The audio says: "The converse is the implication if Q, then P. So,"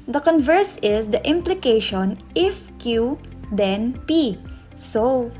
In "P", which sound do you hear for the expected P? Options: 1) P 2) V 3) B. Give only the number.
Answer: 1